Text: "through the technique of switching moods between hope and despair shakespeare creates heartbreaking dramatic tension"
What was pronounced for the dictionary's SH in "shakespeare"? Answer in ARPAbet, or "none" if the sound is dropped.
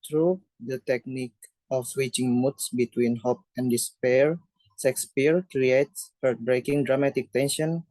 S